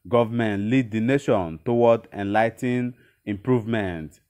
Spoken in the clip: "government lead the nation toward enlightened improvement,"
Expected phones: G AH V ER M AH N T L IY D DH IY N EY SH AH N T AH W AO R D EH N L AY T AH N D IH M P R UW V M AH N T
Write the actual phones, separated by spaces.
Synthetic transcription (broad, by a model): G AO V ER M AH N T L IY D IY N EY SH AH N T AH W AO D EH N L AY T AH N IH M P R UW V M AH N T